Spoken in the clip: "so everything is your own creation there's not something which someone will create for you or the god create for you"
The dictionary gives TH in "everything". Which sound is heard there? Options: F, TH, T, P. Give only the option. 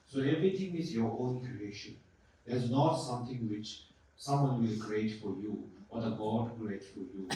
T